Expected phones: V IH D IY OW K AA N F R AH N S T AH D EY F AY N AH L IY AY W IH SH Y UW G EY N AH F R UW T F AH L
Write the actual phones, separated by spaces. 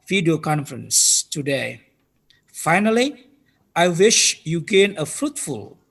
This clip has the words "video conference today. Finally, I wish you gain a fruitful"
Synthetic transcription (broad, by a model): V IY D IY OW K AA N F R AH N S T AH D EY F AY N AH L IY AY W IH SH Y UW G EY N AH F R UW T F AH L